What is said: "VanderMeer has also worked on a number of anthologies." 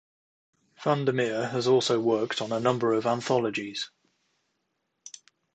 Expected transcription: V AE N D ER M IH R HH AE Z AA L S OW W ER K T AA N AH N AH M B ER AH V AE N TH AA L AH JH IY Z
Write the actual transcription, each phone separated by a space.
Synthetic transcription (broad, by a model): F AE N D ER M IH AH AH Z AA L S OW W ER K T N AH N AH M B ER AH V AE N TH AA L AH JH IY Z